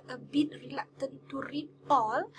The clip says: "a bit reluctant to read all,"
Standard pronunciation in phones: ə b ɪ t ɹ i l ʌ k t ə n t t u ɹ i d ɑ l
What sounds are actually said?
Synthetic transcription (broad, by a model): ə b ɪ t ɹ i l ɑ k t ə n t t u ɹ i ɑ l